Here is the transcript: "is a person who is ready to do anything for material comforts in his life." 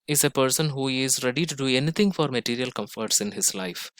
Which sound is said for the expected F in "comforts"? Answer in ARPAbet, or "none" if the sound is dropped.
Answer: F